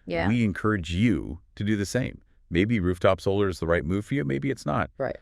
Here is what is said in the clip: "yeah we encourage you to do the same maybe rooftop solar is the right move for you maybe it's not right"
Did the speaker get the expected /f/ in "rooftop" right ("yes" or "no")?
yes